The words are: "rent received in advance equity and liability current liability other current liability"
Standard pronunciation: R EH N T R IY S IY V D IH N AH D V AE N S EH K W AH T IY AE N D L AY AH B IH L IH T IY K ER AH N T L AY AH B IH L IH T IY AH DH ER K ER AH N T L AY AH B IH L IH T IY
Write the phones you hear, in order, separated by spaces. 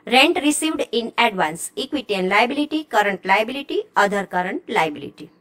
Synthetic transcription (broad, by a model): R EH N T R IY S IY V D IH N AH D V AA N S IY K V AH T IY N L AY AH B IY L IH T IY K ER AH N T L AY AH B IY L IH T IY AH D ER K ER AH N T L AY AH B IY L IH T IY